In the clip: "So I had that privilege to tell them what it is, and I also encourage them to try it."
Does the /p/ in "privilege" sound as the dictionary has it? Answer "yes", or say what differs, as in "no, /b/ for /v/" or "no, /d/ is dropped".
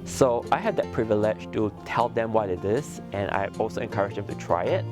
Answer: yes